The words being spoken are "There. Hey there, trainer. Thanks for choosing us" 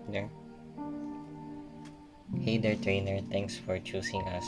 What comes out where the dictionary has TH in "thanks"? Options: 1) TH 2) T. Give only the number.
2